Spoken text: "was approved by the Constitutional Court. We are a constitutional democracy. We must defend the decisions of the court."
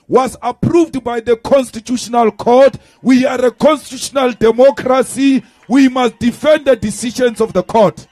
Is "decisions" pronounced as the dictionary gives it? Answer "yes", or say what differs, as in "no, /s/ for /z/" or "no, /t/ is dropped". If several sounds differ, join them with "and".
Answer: no, /ʃ/ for /ʒ/